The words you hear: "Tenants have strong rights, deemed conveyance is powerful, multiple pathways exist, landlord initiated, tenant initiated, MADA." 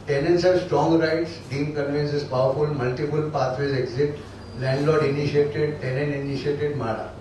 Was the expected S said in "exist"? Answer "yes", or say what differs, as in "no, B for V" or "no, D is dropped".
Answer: no, S is dropped